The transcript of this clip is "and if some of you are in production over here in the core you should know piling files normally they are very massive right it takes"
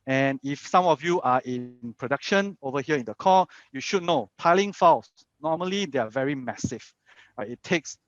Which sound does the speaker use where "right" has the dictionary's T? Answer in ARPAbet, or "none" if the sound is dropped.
none